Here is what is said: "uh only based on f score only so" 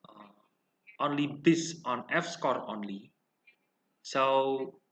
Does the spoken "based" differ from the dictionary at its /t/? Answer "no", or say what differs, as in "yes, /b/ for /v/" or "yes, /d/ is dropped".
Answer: yes, /t/ is dropped